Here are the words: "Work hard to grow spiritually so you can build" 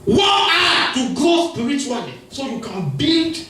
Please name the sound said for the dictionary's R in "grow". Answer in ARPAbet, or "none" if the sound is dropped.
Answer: none